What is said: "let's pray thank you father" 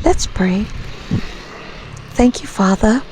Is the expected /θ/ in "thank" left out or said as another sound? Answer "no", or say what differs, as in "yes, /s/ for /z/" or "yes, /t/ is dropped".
no